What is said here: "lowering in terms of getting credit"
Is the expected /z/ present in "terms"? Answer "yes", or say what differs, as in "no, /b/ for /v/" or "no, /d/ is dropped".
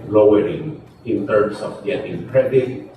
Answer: no, /s/ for /z/